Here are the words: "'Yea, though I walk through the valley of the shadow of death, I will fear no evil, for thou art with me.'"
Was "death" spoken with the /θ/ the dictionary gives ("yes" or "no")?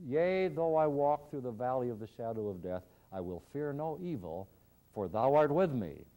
yes